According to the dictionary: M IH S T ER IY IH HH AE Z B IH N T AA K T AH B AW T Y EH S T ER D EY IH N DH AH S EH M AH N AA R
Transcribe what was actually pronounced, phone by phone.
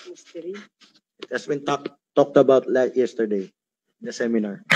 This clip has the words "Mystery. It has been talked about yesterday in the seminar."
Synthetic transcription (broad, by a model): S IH T HH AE S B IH N T AA K T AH B AW T Y EH S T ER D EY IH N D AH S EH M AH N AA R